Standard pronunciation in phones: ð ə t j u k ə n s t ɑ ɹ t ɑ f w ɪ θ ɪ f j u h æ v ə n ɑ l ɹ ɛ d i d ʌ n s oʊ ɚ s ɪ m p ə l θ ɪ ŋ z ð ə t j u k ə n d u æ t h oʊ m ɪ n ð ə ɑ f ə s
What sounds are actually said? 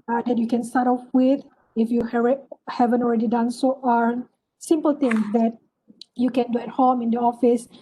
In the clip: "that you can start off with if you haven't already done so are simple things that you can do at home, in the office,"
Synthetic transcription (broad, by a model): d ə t j u k ə n s t ɑ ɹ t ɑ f w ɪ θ ɪ f j u h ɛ v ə n ɑ l ɹ ɛ d i d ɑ n s oʊ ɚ s ɪ m p ə l t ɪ ŋ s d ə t j u k ə n d u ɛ t h oʊ m ɪ n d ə ɑ f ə s